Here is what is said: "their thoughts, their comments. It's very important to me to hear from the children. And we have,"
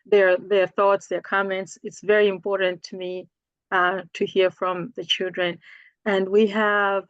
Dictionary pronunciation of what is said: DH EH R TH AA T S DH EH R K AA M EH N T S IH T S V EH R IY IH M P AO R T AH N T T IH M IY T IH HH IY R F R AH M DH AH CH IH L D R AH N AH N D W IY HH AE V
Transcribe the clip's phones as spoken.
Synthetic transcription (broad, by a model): DH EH R TH AA T S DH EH R K AA M EH N T S IH T S V EH R IY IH M P AO R T N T T IH M IY T IH HH IY R F R AH M DH AH CH IH L D R AH N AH N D W IY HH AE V